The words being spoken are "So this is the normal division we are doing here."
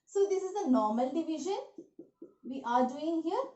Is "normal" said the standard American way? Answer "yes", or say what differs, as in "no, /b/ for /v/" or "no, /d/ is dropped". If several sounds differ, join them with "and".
yes